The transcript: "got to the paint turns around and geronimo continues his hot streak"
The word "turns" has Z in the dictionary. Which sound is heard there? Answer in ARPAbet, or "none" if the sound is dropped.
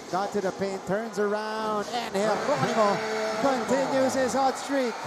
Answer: Z